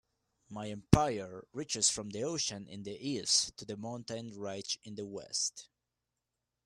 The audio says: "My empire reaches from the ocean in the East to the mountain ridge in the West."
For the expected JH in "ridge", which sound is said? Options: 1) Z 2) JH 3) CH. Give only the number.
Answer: 3